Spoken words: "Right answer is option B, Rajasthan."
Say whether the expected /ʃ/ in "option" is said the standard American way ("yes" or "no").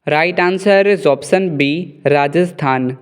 no